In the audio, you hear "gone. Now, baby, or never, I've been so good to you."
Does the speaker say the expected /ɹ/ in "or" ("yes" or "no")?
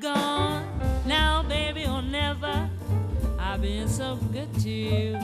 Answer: no